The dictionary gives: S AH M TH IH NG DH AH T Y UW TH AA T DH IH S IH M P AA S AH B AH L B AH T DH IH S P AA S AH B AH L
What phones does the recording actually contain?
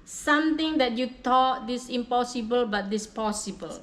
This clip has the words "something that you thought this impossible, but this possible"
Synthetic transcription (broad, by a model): S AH M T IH NG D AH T Y UW T AA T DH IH S IH M P AA S AH B AH L B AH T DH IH S P AA S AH B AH L